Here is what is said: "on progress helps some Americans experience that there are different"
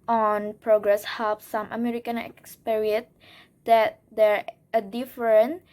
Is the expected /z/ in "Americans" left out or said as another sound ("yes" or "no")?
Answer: yes